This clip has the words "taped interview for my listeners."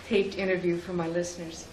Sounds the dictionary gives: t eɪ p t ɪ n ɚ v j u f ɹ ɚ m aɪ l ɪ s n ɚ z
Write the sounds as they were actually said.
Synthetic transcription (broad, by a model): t eɪ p t ɪ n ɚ v j u f ɹ ɚ m aɪ l ɪ s n ɚ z